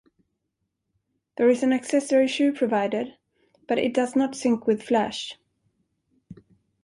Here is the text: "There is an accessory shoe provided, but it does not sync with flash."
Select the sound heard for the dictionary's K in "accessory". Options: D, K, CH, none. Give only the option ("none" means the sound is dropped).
K